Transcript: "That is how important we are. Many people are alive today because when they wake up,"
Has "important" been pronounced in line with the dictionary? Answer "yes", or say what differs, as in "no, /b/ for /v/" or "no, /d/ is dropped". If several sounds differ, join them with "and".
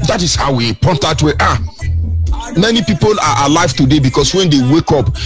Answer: no, /n/ is dropped